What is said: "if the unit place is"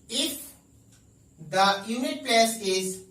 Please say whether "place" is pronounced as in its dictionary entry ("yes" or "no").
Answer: no